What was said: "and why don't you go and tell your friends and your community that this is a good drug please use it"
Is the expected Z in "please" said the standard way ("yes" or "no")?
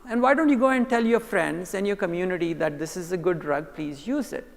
yes